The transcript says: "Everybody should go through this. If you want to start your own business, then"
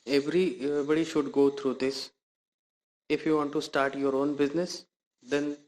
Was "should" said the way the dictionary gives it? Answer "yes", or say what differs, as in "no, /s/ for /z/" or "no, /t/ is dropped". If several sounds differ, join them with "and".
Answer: yes